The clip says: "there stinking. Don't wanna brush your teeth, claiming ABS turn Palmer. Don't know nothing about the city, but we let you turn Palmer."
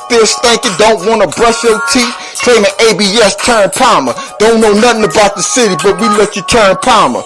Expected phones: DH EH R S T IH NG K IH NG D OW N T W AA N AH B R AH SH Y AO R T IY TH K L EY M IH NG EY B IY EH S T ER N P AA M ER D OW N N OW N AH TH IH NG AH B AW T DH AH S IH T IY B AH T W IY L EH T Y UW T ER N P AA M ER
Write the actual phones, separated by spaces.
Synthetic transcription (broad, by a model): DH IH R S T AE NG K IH D OW N T W AA N AH B R AH SH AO L T IY K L EY M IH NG EY B IY EH S T ER N P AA M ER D OW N N OW N AH TH IH NG AH B AW T DH AH S IH T IY B AH T W IY L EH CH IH T ER N P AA M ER